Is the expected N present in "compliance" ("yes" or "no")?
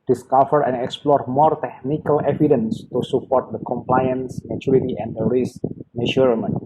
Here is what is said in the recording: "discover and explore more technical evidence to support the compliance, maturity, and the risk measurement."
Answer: yes